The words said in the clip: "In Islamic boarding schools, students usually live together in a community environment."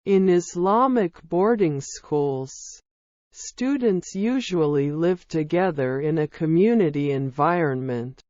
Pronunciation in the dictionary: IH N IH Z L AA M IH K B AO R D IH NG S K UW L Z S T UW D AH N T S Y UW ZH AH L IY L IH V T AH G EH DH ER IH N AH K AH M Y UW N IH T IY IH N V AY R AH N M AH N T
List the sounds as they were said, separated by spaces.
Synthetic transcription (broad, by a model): IH N IH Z L AA M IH K B AO R D IH NG S K UW L Z S T UW D N T S Y UW ZH AH L IY L IH V T AH G EH DH ER IH N AH K AH M Y UW N IH T IY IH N V AY R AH N M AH N T